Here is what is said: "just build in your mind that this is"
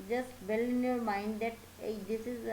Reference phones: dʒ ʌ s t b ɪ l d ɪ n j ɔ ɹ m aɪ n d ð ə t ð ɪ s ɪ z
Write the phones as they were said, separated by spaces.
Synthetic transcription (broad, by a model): dʒ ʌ s t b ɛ l ɪ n j ɔ ɹ m aɪ n d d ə t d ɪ s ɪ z